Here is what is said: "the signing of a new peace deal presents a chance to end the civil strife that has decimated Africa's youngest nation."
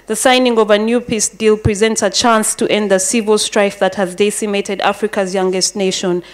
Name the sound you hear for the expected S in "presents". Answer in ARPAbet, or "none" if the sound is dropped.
S